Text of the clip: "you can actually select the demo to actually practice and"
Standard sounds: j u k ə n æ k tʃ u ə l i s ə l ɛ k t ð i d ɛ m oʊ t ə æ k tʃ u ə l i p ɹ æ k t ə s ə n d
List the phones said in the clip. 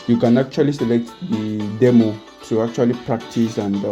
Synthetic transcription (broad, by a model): j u k ə n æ k tʃ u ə l i s ə l ɛ k t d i d ɛ m oʊ s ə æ k tʃ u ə l i p ɹ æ k t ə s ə n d